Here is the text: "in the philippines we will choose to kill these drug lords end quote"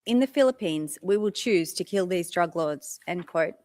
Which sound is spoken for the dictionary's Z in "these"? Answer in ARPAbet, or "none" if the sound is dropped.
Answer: Z